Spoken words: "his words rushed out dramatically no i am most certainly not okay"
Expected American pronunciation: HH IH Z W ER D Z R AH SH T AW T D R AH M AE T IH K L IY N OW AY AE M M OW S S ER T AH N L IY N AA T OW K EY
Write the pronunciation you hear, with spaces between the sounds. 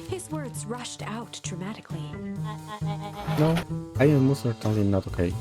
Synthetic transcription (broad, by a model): HH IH Z W ER D Z R AH SH T AW T D R AH M AE T IH K L IY N OW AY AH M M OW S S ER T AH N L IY N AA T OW K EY